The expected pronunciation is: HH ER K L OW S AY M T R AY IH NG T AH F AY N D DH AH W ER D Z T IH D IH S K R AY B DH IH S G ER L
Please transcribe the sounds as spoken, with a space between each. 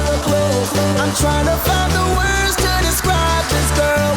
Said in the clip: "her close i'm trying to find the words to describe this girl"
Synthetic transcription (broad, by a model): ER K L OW AY M T R AY IH NG T AH F AY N DH AH W ER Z T IH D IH S K R AY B DH IH S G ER